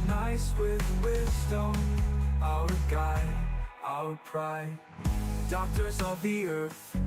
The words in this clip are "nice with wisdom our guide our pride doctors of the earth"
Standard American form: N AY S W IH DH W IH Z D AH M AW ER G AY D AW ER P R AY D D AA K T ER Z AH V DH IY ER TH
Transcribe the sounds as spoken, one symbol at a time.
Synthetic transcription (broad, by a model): N AY S W IH DH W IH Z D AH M AW ER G AY AW ER P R AY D D AA K T ER Z AH V DH IY ER TH